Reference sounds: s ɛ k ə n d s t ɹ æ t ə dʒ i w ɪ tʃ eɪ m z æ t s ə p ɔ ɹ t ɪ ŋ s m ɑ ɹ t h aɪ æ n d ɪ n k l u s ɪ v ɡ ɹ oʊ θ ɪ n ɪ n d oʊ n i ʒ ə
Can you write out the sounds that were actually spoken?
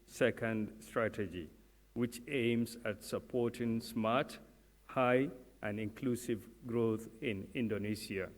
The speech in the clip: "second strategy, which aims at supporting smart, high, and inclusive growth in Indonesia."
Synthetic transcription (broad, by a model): s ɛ k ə n d s t ɹ æ t ə dʒ i w ɪ tʃ eɪ m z æ t s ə p ɔ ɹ t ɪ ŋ s m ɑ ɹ t h aɪ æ n d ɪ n k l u s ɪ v ɡ ɹ oʊ t ɪ n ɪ n d oʊ n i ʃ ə